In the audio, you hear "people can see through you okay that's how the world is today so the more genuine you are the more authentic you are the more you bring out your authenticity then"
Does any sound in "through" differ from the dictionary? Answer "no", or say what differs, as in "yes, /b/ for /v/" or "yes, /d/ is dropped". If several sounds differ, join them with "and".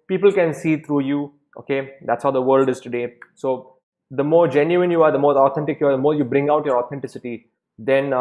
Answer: yes, /t/ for /θ/